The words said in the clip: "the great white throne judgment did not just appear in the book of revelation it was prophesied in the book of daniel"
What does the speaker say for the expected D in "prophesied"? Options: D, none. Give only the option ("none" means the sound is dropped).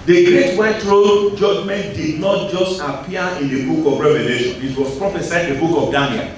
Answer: none